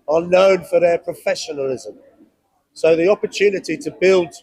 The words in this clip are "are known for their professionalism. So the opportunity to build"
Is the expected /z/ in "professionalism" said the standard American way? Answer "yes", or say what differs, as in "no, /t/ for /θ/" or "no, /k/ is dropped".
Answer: yes